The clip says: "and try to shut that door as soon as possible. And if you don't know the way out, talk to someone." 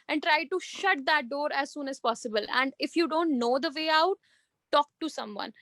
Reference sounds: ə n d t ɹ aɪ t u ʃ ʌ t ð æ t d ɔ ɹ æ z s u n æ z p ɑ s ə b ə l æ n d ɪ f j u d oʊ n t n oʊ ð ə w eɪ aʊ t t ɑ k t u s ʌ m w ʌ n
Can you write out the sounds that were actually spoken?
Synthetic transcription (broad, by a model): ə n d t ɹ aɪ t u ʃ ʌ t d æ t d ɔ ɹ æ z s u n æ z p ɑ s ə b ə l æ n d ɪ f j u d oʊ n t n oʊ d ə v eɪ aʊ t t ɑ k t u s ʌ m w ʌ n